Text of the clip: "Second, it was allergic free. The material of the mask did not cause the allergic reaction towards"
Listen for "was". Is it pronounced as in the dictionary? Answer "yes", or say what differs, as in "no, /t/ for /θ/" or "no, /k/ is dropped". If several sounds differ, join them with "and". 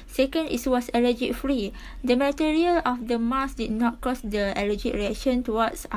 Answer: no, /s/ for /z/